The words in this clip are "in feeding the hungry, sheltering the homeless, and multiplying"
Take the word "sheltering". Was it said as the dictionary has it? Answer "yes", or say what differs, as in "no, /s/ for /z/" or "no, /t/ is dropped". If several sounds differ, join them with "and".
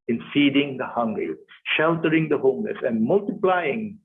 yes